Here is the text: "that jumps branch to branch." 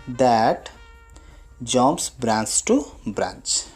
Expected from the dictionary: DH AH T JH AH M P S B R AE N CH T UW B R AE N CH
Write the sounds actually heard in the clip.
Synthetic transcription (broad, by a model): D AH T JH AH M S B R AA N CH T UW B R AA N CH